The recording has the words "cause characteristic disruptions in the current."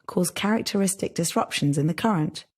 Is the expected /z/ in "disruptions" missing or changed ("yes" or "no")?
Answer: no